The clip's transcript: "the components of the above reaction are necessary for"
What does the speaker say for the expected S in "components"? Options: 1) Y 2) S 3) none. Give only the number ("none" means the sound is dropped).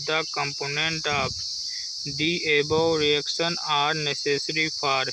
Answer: 3